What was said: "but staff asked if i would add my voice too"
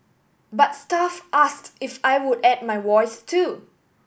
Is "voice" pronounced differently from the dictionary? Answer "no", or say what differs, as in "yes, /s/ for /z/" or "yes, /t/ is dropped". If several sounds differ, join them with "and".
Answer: yes, /w/ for /v/